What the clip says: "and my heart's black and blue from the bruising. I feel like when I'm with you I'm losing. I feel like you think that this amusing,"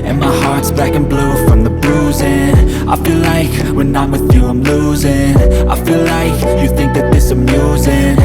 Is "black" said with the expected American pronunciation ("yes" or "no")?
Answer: no